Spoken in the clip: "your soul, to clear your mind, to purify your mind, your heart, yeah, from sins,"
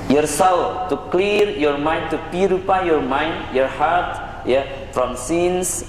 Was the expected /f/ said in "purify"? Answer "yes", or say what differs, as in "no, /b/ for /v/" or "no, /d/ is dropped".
no, /p/ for /f/